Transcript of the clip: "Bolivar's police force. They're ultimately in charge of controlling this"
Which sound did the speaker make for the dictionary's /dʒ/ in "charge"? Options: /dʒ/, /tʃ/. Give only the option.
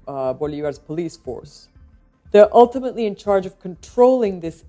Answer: /dʒ/